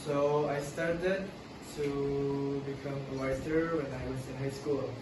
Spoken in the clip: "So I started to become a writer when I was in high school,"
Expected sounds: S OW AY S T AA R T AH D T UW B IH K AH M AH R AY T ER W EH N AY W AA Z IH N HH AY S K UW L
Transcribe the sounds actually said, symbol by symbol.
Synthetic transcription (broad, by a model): S OW AY S T AA R T AH D T UW B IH K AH M AH W AY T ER W EH N AY W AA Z IH N HH AY S K UW L